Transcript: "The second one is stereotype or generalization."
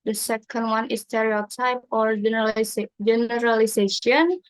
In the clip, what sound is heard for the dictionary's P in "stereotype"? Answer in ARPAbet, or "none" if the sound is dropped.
P